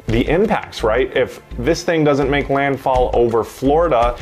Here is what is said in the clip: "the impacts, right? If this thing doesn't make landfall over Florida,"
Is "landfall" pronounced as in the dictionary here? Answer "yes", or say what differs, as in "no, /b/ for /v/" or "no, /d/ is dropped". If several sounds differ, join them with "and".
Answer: yes